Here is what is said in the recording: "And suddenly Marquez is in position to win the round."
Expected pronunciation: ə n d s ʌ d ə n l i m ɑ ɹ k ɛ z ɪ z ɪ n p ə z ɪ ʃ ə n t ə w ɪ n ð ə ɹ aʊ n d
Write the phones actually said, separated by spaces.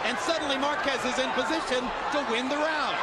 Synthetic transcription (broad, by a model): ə n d s ʌ d n l i m ɑ ɹ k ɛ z ɪ z ɪ n p ə z ɪ ʃ ə n t ə w ɪ n ð ə ɹ aʊ n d